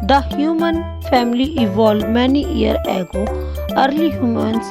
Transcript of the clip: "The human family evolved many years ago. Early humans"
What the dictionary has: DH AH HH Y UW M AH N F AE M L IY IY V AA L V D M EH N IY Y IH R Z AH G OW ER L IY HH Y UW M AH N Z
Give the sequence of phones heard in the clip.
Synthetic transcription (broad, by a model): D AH HH Y UW M AH N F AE M L IY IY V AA L D M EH N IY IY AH R AH G OW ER L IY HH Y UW M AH N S